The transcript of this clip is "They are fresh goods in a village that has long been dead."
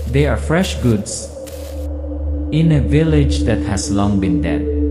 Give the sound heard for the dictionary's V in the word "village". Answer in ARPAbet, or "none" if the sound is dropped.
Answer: V